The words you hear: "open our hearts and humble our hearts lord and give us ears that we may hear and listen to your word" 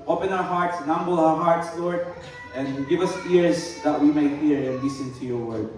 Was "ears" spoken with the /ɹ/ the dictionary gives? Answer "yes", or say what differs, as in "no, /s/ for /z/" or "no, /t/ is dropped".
yes